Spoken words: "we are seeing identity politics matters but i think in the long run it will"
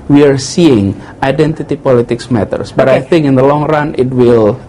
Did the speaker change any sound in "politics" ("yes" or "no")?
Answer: no